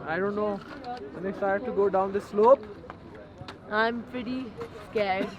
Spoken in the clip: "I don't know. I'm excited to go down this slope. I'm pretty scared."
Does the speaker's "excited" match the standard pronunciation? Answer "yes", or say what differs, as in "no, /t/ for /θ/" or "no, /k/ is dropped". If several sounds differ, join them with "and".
no, /k/ is dropped